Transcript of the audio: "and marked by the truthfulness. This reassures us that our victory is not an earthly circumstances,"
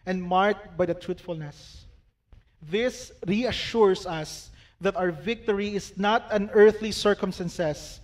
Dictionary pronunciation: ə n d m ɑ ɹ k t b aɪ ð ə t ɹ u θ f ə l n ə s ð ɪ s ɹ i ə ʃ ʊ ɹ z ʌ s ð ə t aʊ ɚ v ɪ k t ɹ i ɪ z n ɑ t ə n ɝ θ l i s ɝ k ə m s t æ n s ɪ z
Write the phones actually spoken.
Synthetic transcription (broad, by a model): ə n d m ɑ ɹ k t b aɪ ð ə t ɹ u t f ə l n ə s ð ɪ s ɹ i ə ʃ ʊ ɹ s ʌ s ð ə t aʊ ɚ v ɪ k t ɹ i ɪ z n ɑ t ə n ɝ θ l i s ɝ k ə m s t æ n s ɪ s